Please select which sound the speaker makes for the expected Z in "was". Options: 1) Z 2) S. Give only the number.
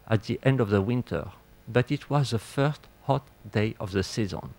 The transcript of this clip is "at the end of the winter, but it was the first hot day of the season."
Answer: 1